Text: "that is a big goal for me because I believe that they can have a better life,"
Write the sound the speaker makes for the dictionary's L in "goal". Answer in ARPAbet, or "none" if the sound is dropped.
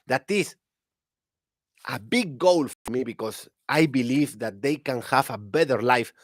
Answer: L